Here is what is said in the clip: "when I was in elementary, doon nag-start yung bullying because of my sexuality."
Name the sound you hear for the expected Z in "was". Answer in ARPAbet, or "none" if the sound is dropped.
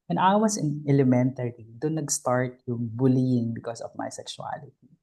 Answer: S